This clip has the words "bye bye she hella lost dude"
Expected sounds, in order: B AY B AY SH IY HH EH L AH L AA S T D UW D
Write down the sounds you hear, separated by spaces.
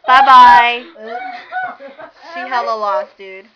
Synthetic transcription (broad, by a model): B AY B AY S IY HH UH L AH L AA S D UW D